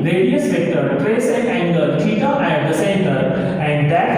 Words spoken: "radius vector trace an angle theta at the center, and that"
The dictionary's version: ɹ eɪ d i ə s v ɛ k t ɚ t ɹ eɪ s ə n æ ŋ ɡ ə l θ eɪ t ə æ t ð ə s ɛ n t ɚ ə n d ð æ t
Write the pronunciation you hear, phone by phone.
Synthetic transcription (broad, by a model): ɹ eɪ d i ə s p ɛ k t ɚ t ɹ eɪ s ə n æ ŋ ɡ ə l t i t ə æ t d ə s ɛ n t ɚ ə n d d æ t